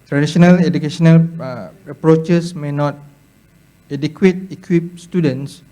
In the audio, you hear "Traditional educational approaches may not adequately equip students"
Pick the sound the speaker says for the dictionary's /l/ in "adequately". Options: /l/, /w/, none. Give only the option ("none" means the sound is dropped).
none